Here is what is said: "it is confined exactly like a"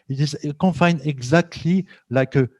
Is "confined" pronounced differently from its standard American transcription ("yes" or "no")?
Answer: yes